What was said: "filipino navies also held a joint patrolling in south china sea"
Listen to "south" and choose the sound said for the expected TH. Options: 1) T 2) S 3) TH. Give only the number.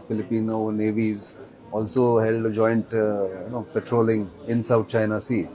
1